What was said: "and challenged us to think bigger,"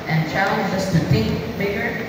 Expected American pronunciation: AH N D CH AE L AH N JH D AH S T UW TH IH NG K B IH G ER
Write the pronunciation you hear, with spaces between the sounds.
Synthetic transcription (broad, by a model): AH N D CH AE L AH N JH AH S T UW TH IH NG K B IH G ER